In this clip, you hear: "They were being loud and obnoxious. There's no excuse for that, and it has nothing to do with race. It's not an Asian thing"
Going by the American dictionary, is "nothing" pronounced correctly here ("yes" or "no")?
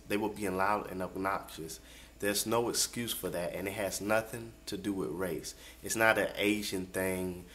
yes